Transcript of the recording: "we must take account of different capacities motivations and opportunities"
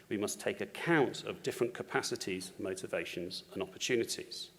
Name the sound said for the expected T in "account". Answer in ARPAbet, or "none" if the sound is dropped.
T